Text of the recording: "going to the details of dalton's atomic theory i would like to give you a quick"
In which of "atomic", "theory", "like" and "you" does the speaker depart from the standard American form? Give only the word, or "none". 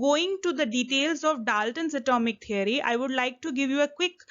theory